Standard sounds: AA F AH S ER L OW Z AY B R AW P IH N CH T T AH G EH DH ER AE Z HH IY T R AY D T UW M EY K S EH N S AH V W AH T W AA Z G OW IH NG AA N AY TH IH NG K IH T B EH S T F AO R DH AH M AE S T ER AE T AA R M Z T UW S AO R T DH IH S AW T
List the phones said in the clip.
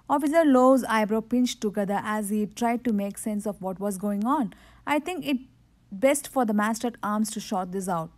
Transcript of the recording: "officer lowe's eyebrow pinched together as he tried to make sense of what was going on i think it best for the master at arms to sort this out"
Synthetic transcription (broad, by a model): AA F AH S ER L OW Z AY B R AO P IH N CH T T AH G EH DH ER AE Z HH IY T R AY D T UW M EY K S EH N S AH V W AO T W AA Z G OW IH NG AA N AY T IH NG K IH T B EH S T F AO R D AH M AE S T ER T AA R M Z T UW SH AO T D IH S AW T